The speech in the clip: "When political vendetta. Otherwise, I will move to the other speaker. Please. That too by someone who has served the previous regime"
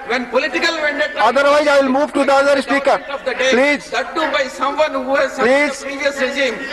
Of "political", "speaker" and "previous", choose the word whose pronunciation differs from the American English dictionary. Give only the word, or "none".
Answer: previous